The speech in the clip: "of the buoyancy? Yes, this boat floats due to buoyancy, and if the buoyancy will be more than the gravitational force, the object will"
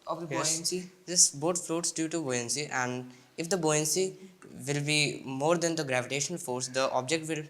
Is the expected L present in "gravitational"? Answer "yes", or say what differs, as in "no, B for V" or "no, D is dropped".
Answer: no, N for L